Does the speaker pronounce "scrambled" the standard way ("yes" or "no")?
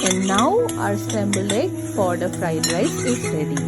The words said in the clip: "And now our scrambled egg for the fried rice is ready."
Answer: no